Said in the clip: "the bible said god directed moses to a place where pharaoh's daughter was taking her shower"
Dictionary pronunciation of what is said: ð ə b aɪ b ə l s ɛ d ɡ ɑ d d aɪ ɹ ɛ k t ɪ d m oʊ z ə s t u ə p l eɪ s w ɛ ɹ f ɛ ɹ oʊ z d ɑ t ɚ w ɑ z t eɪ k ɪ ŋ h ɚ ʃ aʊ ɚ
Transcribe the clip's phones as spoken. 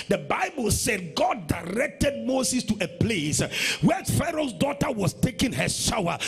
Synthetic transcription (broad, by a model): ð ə b aɪ b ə l s ɛ d ɡ ɑ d d aɪ ɹ ɛ k t ɪ d m oʊ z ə s t u ə p l eɪ s w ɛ f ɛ ɹ oʊ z d ɑ t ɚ w ɑ s t eɪ k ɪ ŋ h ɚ ʃ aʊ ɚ